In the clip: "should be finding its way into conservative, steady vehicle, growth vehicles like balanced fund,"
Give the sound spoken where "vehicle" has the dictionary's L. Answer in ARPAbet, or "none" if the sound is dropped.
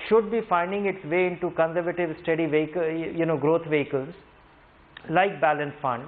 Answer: N